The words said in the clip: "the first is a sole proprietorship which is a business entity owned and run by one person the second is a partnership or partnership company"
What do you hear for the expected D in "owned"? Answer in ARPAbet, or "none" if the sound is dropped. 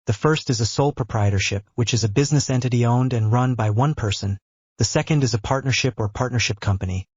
D